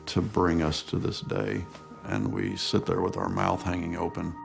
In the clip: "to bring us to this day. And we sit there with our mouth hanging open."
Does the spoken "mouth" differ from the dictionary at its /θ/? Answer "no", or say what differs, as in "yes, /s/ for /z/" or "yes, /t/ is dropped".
no